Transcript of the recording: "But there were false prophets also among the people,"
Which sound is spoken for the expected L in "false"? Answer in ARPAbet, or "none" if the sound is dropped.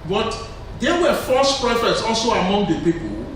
none